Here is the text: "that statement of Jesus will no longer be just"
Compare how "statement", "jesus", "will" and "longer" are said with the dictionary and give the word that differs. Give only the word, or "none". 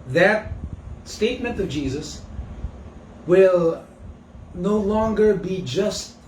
none